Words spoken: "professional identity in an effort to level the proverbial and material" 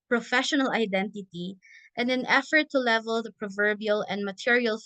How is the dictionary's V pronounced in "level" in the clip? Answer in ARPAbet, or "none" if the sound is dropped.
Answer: V